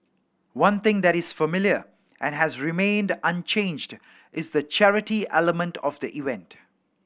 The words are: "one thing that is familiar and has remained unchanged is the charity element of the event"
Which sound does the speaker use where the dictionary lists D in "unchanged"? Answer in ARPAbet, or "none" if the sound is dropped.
D